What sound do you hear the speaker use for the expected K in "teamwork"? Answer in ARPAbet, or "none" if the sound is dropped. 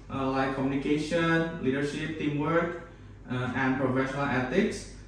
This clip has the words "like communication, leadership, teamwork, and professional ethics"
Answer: K